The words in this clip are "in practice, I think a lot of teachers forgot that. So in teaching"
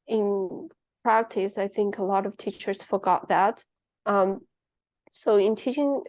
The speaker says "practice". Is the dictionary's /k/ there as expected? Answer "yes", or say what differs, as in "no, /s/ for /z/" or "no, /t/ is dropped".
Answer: yes